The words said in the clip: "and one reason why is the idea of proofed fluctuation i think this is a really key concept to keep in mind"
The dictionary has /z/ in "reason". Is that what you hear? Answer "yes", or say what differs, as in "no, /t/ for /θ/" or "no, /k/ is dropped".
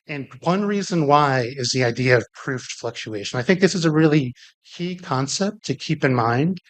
yes